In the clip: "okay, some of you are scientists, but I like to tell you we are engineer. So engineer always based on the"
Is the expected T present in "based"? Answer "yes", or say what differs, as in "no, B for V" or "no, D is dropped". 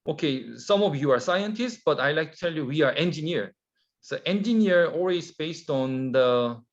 yes